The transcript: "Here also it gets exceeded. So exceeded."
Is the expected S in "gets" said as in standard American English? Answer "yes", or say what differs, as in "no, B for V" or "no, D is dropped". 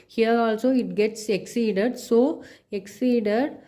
yes